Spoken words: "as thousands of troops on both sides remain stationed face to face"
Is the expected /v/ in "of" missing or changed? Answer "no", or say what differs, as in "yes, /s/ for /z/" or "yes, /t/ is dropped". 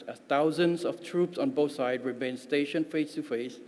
yes, /f/ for /v/